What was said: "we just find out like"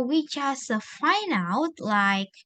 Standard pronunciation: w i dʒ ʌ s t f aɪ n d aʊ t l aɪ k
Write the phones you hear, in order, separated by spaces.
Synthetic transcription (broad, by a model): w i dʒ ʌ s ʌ f aɪ n aʊ t l aɪ k